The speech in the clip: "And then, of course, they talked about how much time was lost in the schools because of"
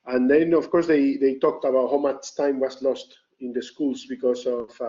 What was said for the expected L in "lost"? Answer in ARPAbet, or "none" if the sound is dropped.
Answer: L